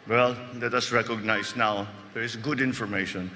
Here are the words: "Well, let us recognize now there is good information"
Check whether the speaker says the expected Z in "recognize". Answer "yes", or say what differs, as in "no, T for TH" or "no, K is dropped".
no, S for Z